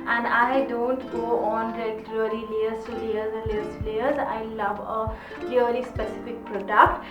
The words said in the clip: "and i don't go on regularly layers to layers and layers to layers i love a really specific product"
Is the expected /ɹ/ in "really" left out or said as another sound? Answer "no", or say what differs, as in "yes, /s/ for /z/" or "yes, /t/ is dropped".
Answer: yes, /l/ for /ɹ/